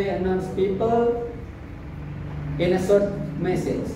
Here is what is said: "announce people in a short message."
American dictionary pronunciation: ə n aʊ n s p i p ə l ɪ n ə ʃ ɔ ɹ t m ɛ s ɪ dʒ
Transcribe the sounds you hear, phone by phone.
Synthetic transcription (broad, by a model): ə n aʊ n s p i p ə l ɪ n ə s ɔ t m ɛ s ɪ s